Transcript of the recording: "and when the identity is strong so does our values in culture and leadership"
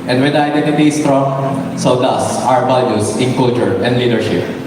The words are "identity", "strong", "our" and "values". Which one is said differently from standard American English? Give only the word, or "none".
values